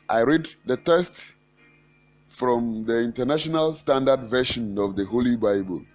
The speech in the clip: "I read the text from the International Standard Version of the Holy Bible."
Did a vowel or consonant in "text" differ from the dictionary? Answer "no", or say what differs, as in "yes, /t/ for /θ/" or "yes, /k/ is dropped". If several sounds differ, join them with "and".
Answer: yes, /k/ is dropped